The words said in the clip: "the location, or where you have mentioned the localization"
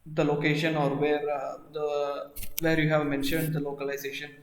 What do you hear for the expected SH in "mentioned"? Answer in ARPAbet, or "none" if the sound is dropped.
SH